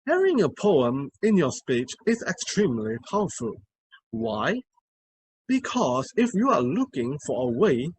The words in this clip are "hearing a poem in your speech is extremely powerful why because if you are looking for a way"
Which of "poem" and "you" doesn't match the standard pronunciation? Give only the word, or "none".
none